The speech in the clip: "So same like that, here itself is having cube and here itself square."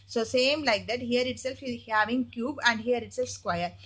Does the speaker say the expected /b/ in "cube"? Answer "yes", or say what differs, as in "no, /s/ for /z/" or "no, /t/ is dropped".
yes